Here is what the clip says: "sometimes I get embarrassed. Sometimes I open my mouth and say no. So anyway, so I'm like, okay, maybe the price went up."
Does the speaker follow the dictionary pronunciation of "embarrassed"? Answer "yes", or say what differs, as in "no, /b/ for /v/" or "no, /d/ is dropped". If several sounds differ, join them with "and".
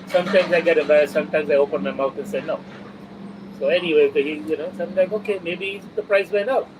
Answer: no, /m/ is dropped